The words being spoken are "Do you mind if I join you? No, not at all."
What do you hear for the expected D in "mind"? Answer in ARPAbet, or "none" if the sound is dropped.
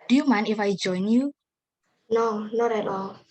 none